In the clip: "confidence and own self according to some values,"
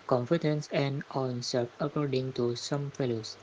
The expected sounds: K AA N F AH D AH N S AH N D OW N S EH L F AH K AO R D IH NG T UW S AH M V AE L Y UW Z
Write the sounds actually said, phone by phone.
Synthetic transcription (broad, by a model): K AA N F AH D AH N S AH N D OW N S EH F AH K AO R D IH NG T UW S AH M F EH L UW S